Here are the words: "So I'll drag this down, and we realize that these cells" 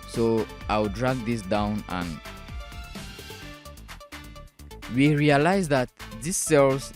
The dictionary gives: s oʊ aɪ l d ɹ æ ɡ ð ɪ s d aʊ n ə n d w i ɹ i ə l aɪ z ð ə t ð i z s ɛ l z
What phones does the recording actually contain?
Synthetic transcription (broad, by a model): s oʊ aɪ w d ɹ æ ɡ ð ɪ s d aʊ n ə n w i ɹ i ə l aɪ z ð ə t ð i s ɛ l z